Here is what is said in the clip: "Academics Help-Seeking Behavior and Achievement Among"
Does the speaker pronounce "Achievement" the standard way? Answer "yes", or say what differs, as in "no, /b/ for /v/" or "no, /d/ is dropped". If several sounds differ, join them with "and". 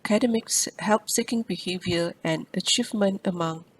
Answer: yes